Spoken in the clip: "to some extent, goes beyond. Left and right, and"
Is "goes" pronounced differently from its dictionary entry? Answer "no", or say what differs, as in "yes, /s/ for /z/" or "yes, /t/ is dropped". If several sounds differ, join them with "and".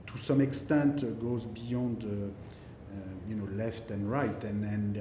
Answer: no